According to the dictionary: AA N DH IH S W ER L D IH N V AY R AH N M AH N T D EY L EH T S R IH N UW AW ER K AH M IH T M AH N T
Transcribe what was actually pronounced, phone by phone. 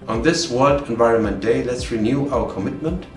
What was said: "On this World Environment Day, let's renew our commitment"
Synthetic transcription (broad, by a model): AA N DH IH S W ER D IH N V AY R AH N M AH N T D EY L EH T S R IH N UW AW ER K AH M IH T M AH N T